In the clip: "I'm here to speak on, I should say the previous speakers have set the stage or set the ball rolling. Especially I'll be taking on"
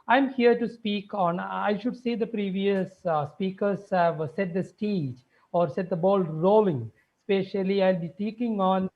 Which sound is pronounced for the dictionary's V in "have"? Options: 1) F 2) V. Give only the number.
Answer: 2